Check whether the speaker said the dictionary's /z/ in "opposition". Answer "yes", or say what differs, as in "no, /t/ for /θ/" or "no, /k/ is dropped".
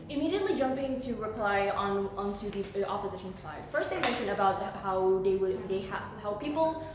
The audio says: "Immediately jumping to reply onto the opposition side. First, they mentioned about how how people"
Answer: yes